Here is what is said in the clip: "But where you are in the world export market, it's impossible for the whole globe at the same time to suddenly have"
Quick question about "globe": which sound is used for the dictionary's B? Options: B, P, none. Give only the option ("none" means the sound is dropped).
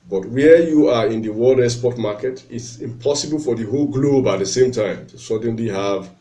B